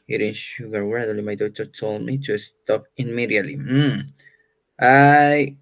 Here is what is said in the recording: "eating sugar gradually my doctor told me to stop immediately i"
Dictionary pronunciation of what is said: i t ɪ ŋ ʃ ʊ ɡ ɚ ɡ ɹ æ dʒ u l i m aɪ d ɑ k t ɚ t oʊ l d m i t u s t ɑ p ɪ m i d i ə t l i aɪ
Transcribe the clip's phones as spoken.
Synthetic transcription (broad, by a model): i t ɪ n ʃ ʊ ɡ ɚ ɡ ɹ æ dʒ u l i m aɪ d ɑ t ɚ t oʊ l d m i t u s t ɑ p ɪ m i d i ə l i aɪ